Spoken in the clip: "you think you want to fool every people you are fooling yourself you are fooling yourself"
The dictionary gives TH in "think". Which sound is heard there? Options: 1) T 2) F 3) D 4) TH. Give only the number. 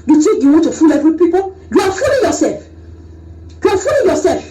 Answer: 1